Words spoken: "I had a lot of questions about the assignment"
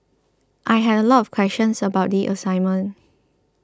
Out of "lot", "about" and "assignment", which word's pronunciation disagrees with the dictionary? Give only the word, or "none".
assignment